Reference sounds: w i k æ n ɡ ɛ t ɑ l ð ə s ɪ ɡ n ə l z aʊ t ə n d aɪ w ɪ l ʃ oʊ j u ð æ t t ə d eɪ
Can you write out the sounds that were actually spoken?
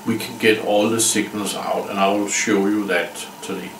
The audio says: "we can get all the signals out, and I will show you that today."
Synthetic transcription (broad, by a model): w i k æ n ɡ ɛ t ɑ l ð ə s ɪ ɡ n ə l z aʊ t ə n aɪ w ɪ l ʃ oʊ j u ð æ t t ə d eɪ